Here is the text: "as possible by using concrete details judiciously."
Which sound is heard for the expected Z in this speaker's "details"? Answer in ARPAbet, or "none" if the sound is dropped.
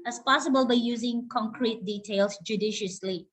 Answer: S